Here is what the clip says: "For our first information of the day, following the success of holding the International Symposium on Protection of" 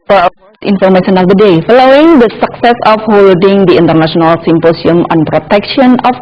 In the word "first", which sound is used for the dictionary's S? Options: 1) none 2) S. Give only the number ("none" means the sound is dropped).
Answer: 1